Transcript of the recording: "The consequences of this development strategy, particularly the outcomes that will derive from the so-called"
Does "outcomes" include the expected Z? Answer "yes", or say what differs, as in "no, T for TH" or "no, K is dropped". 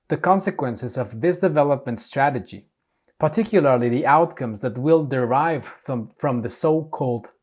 yes